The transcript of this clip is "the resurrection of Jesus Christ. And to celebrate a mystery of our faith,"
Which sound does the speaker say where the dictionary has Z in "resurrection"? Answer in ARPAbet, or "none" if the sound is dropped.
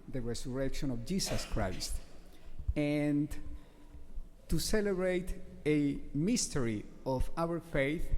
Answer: S